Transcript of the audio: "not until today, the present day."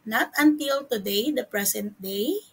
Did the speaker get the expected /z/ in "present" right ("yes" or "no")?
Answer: no